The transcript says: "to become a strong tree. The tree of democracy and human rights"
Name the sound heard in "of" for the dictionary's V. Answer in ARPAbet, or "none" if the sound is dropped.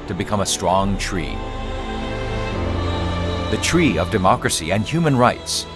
V